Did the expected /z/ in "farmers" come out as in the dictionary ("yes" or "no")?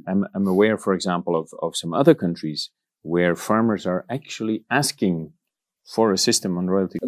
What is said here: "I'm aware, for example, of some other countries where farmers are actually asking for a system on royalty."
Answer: yes